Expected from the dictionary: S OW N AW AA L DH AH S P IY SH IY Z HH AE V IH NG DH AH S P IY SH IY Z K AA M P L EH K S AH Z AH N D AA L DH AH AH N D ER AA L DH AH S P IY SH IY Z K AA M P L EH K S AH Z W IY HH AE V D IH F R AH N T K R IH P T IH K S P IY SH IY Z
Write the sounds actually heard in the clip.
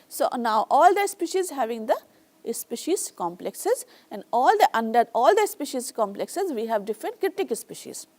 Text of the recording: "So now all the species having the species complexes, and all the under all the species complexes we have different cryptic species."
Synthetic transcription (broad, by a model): S OW N AW AA L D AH S P IY SH IY Z HH AE V IH NG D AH S P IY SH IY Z K AA M P L EH K S AH Z AH N D AA L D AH AH N D ER AA L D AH S P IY SH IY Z K AA M P L EH K S AH Z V IY HH AE V D IH F R AH N T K R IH T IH K S P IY SH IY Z